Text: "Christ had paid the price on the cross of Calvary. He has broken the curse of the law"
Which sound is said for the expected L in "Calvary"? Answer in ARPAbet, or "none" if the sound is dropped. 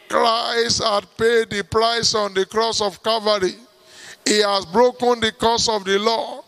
none